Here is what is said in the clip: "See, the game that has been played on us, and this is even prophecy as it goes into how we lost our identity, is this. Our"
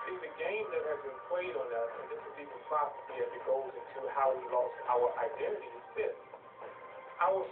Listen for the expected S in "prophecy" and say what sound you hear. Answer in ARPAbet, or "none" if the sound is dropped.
none